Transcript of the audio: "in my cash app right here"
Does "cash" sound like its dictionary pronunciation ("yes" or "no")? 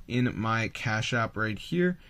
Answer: yes